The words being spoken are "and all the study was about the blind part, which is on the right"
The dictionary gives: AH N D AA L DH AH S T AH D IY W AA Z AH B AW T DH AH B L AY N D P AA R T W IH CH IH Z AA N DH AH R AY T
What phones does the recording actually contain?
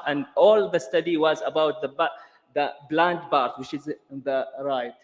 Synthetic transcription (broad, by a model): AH N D AA L DH AH S T AH D IY W AA Z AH B AW T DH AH B L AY N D B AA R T W IH CH IH Z DH AH R AY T